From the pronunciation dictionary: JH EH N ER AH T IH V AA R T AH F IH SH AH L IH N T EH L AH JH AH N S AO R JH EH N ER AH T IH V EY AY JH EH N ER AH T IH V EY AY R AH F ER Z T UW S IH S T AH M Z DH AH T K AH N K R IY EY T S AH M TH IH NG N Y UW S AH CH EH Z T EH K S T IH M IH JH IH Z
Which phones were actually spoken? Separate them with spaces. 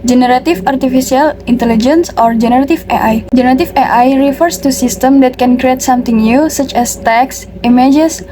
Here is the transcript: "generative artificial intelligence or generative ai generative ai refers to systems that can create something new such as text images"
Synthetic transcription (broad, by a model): JH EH N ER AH T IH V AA R T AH F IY S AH L IH N T EH L AH JH AH N S AO R JH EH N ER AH T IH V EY AY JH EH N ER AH T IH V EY AY R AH F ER S T UW S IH S T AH M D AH T K AH N K R IY EY T S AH M T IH NG N Y UW S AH CH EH S T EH K S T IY M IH JH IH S